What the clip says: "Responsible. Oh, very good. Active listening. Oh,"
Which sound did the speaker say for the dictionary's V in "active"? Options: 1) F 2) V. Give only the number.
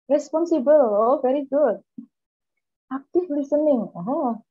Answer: 1